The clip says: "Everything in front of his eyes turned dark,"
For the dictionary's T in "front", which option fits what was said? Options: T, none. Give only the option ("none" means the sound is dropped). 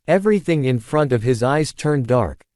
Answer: T